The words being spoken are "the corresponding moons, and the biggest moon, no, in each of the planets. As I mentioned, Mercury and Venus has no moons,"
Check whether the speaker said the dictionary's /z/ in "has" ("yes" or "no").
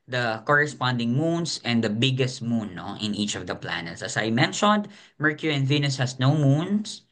no